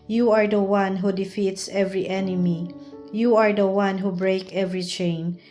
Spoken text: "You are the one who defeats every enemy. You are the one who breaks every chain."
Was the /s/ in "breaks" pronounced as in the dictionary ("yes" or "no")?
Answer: no